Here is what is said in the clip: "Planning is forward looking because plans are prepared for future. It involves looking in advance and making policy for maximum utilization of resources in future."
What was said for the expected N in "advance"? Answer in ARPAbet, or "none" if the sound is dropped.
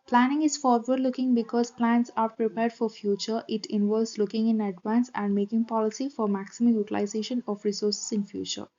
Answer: N